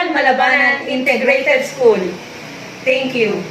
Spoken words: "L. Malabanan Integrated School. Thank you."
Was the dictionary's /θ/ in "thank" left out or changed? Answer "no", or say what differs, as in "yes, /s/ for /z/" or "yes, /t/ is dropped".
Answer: yes, /t/ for /θ/